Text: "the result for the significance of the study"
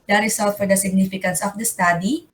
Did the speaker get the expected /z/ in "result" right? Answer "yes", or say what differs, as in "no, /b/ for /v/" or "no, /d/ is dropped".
no, /s/ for /z/